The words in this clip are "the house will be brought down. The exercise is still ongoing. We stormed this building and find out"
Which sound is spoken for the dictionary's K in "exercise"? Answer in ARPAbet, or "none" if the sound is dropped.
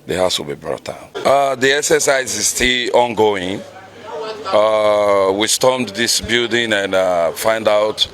none